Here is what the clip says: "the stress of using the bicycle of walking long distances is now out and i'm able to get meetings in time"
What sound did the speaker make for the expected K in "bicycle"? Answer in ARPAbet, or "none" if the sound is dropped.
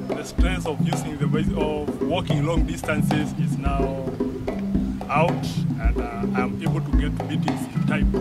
none